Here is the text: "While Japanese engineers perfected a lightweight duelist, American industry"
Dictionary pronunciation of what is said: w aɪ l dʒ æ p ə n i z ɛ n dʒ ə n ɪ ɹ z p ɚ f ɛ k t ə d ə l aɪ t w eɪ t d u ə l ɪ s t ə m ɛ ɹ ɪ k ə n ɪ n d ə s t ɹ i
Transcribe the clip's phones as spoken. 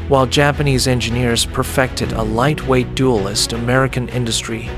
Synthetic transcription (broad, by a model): w aɪ l dʒ æ p ə n i z ɛ n dʒ ə n ɪ ɹ z p ɚ f ɛ k t ə d ə l aɪ t w eɪ t d u ə l ɪ s t ə m ɛ ɹ ɪ k ə n ɪ n d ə s t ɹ i